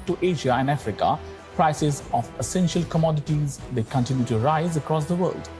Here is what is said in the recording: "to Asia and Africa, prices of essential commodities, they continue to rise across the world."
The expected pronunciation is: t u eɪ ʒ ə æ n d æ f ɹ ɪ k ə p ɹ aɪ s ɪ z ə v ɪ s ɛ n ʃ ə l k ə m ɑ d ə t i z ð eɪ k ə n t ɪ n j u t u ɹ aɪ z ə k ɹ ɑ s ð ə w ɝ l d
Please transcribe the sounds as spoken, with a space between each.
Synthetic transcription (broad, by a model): t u eɪ ʒ ə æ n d æ f ɹ ɪ k ə p ɹ aɪ s ɪ z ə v ɪ s ɛ n ʃ ə l k ə m ɑ d ə t i z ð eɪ k ə n t ɪ n j u t u ɹ aɪ z ə k ɹ ɑ s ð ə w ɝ l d